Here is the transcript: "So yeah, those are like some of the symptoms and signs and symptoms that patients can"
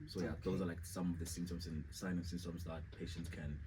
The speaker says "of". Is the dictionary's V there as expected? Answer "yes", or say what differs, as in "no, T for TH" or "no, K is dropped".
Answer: yes